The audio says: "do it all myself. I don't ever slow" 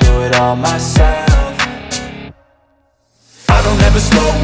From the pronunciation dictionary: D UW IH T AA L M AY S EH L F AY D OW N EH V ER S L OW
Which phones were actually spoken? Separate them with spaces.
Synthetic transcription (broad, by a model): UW IH T AA L M AY S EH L F AY D OW N EH V ER S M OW